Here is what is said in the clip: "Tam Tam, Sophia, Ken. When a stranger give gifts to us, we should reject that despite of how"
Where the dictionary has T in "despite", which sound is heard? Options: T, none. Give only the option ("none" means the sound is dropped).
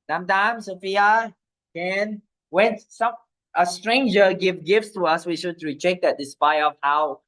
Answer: none